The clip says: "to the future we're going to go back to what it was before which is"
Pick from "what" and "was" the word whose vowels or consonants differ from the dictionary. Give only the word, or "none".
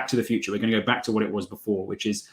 none